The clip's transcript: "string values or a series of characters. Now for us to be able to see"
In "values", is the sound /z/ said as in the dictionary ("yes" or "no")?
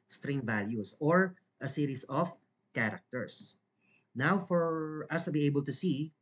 no